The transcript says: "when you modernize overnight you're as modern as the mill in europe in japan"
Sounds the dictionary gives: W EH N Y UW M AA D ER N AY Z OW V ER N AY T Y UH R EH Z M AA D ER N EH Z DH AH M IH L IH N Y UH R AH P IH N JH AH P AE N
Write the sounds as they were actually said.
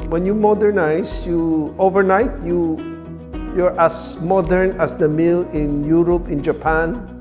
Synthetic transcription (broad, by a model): W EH N Y UW M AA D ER N AY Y OW V ER N AY T Y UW R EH S M AA D ER N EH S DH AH M IH L IH N Y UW R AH P IH N JH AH P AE N